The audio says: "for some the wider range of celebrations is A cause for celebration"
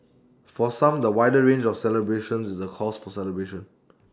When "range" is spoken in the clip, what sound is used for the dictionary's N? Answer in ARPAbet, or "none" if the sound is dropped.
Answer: N